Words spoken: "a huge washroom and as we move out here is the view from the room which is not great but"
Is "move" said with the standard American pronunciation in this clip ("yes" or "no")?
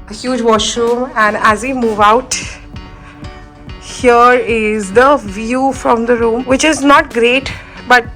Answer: yes